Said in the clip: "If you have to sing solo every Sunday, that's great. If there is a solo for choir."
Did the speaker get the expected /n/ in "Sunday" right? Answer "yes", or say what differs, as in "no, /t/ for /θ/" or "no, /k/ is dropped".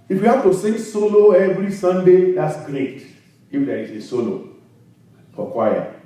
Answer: yes